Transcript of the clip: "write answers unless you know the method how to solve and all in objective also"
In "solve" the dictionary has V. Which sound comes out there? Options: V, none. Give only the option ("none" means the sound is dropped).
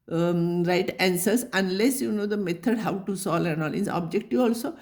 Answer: none